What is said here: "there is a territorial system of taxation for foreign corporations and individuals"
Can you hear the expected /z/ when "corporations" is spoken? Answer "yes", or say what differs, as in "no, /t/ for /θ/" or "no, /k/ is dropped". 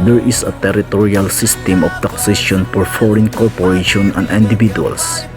no, /z/ is dropped